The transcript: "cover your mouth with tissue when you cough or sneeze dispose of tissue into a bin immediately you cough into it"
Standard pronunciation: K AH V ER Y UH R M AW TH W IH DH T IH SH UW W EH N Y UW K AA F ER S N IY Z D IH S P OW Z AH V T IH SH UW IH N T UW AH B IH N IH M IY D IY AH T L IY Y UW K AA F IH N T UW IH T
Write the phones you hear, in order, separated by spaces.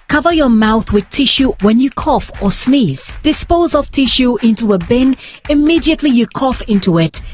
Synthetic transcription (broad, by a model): K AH V ER Y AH R M AW TH W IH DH T IH SH UW W EH N Y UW K AA F ER S N IY Z D IH S P OW Z AH V T IH SH UW IH N T UW AH B IH N IH M IY D IY AH T L IY Y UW K AA F IH N T UW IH T